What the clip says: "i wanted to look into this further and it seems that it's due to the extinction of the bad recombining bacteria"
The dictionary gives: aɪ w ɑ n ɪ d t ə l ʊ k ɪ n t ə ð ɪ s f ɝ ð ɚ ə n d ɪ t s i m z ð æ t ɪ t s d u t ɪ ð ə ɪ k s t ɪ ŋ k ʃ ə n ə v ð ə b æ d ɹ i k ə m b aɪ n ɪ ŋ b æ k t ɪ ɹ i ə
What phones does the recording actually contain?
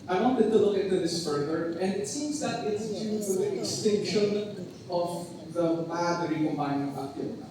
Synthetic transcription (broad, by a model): aɪ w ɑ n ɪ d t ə l ʊ k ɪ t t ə ð ɪ s f ɝ ð ɚ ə n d ɪ t s i m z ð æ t ɪ t s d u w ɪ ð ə ɪ k s t ɪ ŋ k ʃ ə n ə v ð ə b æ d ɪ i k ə m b aɪ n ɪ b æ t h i